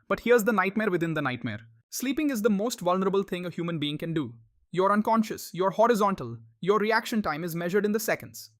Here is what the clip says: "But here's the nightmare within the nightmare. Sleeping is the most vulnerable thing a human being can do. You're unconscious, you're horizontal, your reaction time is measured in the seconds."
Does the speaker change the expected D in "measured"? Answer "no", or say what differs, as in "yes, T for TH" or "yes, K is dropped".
no